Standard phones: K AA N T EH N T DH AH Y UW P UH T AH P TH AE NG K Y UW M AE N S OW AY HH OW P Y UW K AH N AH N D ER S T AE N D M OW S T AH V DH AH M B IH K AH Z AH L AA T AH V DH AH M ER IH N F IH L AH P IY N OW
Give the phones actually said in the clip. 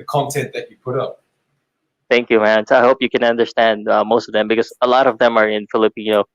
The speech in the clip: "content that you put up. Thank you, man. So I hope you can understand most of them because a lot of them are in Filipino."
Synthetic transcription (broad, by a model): K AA N T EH N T DH AH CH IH P UH T AH P TH AE NG K Y UW M AE N S OW AY HH OW P Y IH K AH N AH N D ER S T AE N D M OW S T AH V DH AH M B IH K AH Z AH L AA T AH V DH AH M ER IH N F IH L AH P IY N OW